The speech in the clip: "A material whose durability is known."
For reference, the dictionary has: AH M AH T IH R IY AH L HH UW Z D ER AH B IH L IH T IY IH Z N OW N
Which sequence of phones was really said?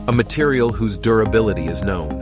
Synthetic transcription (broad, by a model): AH M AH T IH R IY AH L HH UW Z D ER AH B IH L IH T IY IH Z N OW N